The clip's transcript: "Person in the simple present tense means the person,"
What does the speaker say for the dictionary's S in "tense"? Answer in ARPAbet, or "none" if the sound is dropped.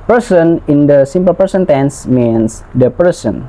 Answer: S